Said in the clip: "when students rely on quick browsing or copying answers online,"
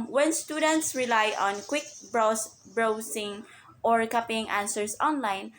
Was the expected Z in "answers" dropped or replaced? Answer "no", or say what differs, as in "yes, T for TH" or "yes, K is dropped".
yes, S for Z